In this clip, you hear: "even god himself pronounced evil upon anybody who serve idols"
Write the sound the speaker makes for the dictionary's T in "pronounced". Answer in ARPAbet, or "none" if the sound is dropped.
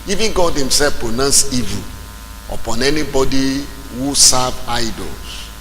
none